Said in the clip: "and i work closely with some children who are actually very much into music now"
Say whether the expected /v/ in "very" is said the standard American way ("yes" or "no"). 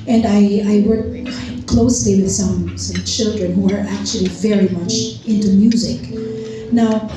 yes